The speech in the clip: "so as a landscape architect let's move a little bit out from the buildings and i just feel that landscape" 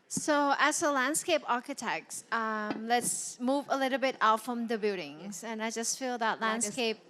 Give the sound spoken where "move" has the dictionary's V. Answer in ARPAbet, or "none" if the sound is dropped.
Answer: V